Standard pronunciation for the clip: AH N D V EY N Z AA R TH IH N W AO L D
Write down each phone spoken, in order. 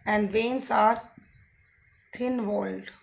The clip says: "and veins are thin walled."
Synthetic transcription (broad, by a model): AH N D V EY N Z AA R T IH N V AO L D